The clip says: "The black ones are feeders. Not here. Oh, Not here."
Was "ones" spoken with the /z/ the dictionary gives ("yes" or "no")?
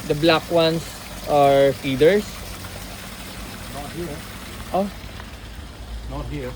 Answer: no